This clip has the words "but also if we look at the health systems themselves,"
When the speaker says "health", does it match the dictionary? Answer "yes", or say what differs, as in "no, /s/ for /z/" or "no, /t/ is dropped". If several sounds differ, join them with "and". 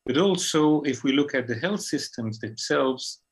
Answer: yes